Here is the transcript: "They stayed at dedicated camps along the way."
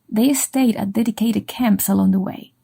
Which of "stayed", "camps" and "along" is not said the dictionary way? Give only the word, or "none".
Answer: none